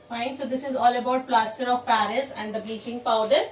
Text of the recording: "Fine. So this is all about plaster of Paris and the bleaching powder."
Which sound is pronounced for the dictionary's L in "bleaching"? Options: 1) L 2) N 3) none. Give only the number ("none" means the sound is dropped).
3